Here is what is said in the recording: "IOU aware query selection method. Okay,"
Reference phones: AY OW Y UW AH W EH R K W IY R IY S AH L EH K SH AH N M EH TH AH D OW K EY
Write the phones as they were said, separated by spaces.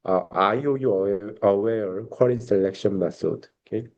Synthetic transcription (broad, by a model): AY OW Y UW AH W EH R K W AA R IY S AH L EH K SH AH N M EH S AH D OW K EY